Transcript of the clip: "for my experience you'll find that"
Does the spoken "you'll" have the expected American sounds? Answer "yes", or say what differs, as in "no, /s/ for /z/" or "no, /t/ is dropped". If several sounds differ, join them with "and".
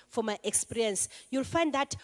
yes